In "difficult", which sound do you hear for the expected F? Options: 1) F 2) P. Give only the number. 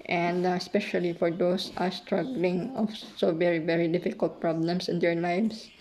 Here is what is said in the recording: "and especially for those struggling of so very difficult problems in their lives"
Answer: 1